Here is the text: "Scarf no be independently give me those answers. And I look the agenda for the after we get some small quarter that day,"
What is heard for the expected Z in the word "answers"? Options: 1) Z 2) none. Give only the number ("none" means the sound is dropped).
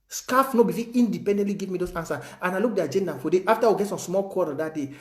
2